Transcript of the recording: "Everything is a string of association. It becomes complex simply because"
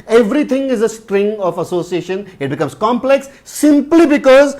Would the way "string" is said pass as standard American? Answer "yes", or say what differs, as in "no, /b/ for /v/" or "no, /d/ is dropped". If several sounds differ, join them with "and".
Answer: yes